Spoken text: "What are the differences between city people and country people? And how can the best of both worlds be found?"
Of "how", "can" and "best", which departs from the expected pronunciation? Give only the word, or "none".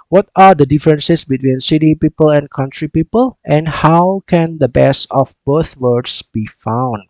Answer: best